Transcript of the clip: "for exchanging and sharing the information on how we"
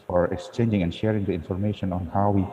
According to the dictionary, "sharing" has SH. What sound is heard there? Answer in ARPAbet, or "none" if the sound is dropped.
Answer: SH